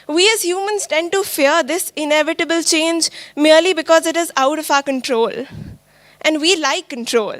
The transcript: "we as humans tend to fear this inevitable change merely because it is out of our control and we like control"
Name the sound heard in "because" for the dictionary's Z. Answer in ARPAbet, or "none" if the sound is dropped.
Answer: Z